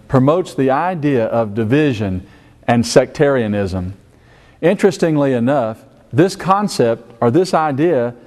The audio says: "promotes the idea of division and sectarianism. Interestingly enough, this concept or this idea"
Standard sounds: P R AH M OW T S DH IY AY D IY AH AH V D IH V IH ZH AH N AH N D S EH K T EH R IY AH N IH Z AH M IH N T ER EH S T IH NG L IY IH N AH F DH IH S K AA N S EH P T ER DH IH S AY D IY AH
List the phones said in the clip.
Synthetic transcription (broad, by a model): P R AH M OW T S DH IY AY D IY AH AH V D IH V IH ZH AH N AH N S EH K T EH R IY AH N IH Z AH M IH N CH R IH S T IH NG L IY IH N AH F DH IH S K AA N S EH P T ER DH IH S AY D IY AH